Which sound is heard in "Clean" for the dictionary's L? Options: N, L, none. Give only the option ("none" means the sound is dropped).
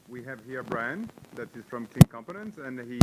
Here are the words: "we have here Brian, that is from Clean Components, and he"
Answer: none